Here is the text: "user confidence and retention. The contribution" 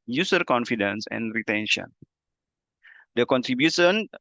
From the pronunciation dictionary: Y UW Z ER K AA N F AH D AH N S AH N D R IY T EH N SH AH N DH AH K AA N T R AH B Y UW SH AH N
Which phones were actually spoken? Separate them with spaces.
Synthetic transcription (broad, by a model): Y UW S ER K AA N F AH D AH N S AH N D R IY T EH N SH AH N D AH K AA N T R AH B Y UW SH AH N